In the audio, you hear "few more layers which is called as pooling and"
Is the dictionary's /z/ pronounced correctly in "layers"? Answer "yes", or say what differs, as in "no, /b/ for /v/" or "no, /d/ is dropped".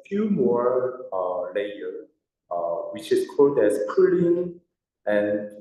no, /z/ is dropped